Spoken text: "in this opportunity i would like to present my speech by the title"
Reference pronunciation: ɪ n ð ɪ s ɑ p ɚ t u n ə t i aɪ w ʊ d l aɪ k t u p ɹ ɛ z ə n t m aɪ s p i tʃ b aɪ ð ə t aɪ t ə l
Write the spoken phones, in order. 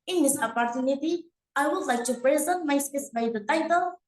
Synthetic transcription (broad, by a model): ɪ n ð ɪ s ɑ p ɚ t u n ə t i aɪ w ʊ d l aɪ k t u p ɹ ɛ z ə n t m aɪ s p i s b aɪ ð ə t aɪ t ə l